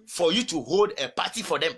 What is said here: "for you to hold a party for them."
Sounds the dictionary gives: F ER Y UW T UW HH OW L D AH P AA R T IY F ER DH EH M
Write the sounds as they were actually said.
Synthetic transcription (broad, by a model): F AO Y UW T UW HH OW L D AH P AA T IY F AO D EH M